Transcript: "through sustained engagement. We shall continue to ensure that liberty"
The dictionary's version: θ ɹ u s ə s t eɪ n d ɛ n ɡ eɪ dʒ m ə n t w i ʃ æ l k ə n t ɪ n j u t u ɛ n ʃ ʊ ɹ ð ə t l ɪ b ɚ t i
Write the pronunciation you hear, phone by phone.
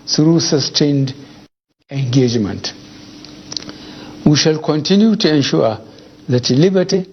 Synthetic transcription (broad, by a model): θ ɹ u s ə s t eɪ n d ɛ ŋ ɡ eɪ dʒ m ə n t w i ʃ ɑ l k ə n t ɪ n j u t u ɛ n ʃ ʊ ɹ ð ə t l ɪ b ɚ t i